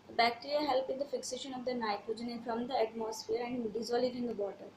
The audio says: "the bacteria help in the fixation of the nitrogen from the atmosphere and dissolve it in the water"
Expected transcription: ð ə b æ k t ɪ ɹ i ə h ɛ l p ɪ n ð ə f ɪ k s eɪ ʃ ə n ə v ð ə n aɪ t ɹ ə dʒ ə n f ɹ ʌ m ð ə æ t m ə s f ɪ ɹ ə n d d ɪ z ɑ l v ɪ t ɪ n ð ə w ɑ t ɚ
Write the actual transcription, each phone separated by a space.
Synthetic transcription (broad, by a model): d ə b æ k t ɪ ɹ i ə h ɛ l p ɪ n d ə f ɪ k s eɪ ʃ ə n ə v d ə n aɪ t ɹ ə dʒ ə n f ɹ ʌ m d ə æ t m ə s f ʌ ɹ ə n d d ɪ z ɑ l ɪ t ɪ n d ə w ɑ t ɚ